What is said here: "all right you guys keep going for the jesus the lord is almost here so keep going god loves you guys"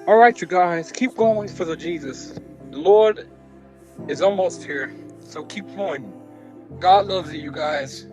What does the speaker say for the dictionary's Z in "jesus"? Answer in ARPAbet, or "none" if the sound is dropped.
Z